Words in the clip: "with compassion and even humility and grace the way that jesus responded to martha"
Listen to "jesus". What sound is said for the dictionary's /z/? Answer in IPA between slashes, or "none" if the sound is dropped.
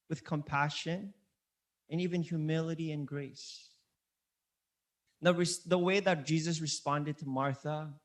/z/